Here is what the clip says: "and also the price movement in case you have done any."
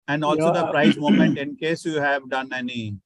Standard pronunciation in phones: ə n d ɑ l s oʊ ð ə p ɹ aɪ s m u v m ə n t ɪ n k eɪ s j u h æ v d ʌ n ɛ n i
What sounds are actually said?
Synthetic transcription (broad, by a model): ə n d ɑ l s oʊ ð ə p ɹ aɪ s m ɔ m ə n t ɪ n k eɪ s j u h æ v d ʌ n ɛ n i